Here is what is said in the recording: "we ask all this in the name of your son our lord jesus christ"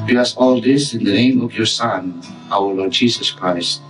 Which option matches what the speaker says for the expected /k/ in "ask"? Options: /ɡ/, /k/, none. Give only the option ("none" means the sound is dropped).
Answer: none